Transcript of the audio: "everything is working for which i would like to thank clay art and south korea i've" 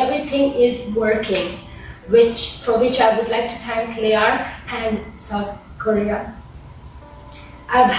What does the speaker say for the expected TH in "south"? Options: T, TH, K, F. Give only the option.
T